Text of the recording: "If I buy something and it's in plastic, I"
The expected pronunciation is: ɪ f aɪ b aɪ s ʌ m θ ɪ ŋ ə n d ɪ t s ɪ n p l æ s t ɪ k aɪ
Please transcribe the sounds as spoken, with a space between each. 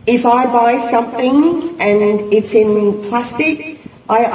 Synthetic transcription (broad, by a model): ɪ f aɪ b aɪ s ʌ m θ ɪ ŋ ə n ɪ t s ɪ n p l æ s t ɪ k aɪ